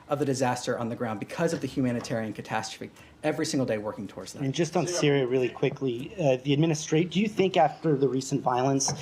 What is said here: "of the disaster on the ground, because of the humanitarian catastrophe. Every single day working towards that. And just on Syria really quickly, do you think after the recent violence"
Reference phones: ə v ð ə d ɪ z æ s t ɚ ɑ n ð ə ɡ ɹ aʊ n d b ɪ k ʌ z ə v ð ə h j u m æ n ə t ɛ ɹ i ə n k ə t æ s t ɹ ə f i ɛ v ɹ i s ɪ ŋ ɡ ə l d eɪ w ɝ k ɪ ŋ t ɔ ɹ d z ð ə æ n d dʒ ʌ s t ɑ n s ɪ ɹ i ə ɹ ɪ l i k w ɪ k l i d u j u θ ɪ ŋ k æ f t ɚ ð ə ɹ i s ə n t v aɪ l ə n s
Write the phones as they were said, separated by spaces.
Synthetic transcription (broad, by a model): ə v ð ə d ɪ z æ s t ɚ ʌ n ð ə ɡ ɹ aʊ n b ɪ k ʌ z ə v ð ə h j u m æ n ə t ɛ ɹ i ə n k ə t æ s t ɹ ə f i ɛ v ɹ i s ɪ ŋ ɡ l d eɪ w ɝ k ɪ ŋ t ɔ ɹ d z ð ə n dʒ ʌ s t n s ɪ ɹ i ə ɹ ɪ l i k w ɪ k l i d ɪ j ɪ θ ɪ ŋ k æ f t ɚ ð ə ɹ i s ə n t v aɪ l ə n s